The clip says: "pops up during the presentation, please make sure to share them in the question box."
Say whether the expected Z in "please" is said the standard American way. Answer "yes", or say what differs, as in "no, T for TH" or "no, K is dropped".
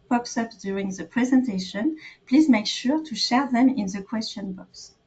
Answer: yes